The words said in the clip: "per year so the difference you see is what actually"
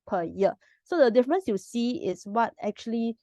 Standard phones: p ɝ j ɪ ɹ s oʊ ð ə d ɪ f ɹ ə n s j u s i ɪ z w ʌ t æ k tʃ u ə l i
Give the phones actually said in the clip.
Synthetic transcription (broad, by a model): p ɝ j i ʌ s oʊ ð ə d ɪ f ɹ ə n s j u s i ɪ s w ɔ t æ k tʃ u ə l i